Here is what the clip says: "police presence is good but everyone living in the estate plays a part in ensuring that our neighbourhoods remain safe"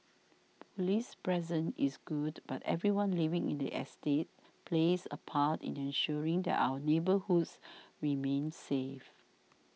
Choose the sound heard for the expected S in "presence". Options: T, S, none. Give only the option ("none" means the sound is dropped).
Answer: none